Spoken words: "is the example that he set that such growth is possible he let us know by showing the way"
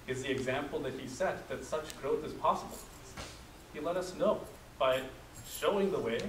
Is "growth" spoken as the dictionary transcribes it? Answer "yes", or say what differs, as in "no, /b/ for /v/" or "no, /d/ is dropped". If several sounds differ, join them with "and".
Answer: yes